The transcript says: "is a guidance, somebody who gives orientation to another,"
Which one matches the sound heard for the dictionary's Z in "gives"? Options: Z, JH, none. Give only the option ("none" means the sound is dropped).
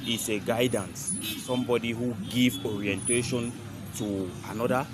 none